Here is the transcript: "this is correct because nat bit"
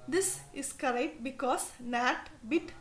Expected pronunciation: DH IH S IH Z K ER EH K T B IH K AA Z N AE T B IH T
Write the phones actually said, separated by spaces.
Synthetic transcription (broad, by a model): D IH S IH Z K ER EH K T B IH K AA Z N AE T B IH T